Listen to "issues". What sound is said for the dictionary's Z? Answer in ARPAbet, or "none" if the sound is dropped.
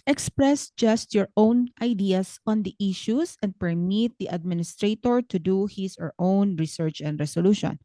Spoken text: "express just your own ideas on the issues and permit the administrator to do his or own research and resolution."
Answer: S